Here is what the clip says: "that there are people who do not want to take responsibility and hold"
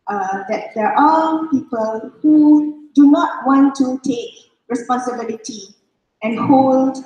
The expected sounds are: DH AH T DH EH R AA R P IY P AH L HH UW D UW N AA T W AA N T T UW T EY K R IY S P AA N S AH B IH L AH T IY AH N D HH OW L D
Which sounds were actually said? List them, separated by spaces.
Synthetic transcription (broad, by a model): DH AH T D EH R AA L P IY P AH L HH UW D UW N AA T W AA N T T UW T EY K R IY S P AA N S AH B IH L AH T IY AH N HH OW L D